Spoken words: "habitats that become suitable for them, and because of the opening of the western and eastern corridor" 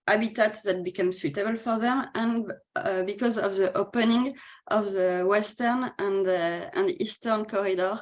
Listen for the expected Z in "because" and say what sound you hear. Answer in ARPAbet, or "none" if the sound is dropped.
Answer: Z